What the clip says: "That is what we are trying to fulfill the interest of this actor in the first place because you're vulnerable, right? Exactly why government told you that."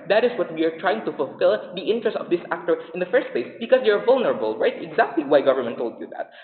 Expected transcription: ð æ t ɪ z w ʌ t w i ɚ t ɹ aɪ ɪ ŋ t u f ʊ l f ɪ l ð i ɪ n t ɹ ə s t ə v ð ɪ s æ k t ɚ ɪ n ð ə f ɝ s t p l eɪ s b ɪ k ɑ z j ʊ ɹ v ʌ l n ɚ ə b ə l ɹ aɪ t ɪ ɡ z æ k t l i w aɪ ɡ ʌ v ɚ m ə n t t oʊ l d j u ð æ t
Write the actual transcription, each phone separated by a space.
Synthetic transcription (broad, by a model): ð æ t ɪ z w ʌ t w i ɚ t ɹ aɪ ɪ ŋ t u f ʊ l f ɪ l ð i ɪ n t ɹ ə s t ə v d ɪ s æ k t ɚ ɪ n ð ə f ɝ s t p l eɪ s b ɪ k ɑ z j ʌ ɹ v ʌ l n ɚ ə b ə l ɹ aɪ t ɪ ɡ z æ k t l i w aɪ ɡ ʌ v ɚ m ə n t t oʊ l d j u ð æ t